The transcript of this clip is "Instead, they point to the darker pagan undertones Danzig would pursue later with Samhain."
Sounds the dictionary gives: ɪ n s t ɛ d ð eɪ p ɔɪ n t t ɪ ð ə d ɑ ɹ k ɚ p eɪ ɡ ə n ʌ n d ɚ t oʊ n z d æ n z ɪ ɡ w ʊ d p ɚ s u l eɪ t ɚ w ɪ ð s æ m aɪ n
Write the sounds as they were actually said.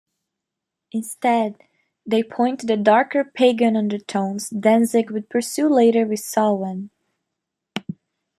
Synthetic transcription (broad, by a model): ɪ n s t ɛ d ð eɪ p ɔɪ n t t ɪ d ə d ɑ ɹ k ɚ p eɪ ɡ ə n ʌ n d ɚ t oʊ n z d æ n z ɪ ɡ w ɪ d p ɚ s u l eɪ t ɚ w ɪ ð s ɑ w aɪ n